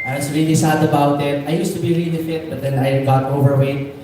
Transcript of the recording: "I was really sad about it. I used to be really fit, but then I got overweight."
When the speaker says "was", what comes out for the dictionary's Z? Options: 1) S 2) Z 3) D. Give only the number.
1